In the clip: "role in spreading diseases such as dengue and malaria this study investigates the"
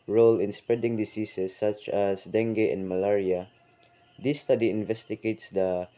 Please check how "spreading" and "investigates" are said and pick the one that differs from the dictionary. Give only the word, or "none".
none